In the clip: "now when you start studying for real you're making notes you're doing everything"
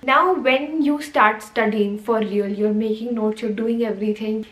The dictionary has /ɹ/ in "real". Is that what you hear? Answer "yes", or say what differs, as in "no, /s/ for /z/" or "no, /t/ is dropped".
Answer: no, /l/ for /ɹ/